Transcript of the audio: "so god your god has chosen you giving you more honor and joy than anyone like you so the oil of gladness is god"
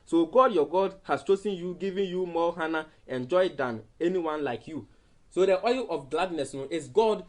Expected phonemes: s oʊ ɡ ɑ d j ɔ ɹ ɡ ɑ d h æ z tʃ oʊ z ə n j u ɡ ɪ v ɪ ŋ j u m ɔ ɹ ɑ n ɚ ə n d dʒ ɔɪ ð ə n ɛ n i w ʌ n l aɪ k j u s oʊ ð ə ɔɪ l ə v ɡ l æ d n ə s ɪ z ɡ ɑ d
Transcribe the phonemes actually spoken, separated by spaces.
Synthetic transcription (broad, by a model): s oʊ ɡ ɑ d j ɔ ɡ ɑ d h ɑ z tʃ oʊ s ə n j u ɡ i v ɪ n j u m ɔ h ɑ n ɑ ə n dʒ ɔɪ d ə n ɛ n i w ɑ n l aɪ k j u s oʊ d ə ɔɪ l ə f ɡ l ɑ d n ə s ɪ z ɡ ɑ d